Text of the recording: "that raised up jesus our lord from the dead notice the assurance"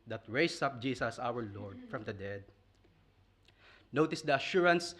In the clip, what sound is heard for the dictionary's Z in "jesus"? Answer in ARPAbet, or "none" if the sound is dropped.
S